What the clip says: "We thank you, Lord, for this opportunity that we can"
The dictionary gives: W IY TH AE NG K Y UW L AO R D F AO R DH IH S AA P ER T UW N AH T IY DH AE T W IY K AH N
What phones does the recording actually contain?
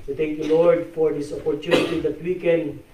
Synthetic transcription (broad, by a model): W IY T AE NG K Y UW L AO R D F AO R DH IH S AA P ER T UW N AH T IY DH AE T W IY K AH N